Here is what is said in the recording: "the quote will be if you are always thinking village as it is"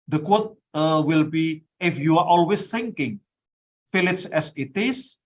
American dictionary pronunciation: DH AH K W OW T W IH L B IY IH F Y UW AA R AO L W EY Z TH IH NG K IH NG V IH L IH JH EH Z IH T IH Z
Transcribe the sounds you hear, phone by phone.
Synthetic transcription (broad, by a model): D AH K W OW T W IH L B IY IH F Y UW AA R AO L W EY S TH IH NG K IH NG F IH L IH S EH S IH T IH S